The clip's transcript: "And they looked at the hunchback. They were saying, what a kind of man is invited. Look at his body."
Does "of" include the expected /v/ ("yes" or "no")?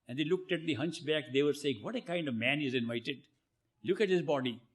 yes